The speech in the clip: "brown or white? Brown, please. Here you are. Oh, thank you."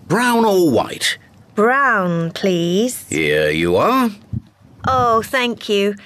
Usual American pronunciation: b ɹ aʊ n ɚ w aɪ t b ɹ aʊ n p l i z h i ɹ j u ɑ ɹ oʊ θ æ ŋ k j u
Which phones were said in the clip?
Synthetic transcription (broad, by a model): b ɹ aʊ n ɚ w aɪ t b ɹ aʊ n p l i z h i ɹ j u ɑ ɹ oʊ θ æ ŋ k j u